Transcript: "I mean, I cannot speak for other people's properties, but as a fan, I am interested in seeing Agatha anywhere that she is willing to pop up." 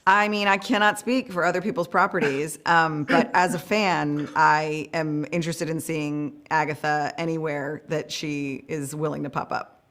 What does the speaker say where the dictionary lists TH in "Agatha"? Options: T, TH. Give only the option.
TH